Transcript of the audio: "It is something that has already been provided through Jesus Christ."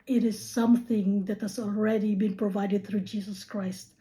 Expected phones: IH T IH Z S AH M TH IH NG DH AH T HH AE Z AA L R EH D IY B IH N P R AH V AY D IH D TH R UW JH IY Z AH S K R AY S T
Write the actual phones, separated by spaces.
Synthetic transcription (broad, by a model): IH T IH Z S AH M TH IH NG DH AH T HH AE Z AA L R EH D IY B IH N P R AH V AY D IH D TH R UW JH IY Z AH S K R AY S T